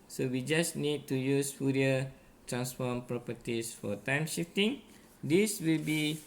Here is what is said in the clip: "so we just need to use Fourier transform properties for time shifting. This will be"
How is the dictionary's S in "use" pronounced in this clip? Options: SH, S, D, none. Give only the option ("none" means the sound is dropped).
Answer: S